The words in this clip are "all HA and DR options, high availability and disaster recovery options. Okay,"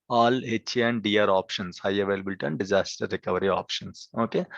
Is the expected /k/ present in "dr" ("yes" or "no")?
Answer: no